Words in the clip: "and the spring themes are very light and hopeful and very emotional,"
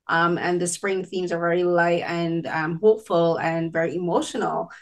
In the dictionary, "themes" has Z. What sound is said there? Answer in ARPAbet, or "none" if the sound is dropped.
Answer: Z